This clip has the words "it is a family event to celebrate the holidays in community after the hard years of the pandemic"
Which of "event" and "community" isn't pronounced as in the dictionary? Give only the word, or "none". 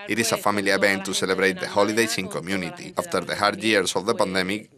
event